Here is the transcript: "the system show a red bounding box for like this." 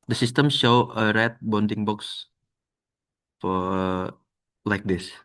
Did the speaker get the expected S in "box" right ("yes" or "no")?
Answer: yes